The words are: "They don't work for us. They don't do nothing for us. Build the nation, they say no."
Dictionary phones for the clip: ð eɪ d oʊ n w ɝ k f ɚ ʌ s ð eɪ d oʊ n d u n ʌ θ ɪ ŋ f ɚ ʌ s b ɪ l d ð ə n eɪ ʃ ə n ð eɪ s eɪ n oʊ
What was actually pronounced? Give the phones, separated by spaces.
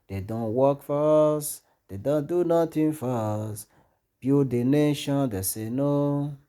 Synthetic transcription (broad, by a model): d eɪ d oʊ n w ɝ k f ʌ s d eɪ d oʊ n d u n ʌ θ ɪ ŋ f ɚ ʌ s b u d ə n eɪ ʃ ə n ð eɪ s eɪ n oʊ